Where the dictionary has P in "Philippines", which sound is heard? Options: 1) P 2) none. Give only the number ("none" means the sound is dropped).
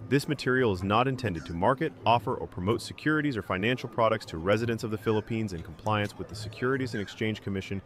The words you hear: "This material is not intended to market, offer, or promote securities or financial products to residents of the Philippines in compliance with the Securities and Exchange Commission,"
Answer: 1